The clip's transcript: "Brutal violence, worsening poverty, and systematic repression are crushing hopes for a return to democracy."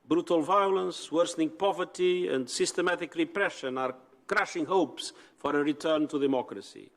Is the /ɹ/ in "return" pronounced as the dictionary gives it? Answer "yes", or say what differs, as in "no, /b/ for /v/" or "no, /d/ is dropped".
yes